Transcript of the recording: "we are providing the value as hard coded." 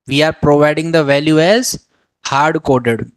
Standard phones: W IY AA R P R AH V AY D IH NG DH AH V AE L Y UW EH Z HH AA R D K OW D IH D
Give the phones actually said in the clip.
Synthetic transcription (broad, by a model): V IY AA R P R AH V AY D IH NG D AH V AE L Y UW EH Z HH AA R D K OW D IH D